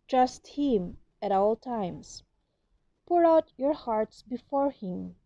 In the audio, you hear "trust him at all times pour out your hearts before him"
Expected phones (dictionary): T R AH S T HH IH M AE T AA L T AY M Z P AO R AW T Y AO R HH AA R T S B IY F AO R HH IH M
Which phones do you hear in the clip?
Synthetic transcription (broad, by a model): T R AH S T HH IH M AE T AA L T AY M S P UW R AW T Y AO R HH AA R T S B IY F AO R HH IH M